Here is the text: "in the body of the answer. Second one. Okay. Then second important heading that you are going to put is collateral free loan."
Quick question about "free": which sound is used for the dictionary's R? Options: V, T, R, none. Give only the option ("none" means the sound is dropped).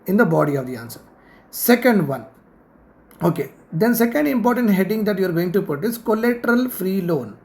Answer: R